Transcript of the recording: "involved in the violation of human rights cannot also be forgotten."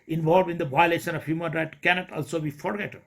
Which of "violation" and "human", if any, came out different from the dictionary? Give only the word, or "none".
none